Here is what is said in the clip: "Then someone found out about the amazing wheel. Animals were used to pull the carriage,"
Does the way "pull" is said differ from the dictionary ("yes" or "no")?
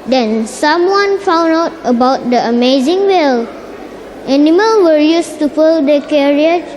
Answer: yes